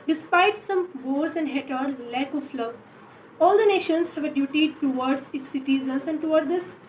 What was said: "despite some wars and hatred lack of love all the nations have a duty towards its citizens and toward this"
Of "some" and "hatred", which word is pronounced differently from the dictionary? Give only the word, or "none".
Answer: hatred